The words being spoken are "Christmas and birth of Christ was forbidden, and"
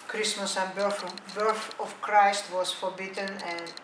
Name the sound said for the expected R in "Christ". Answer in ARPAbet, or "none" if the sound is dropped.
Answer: R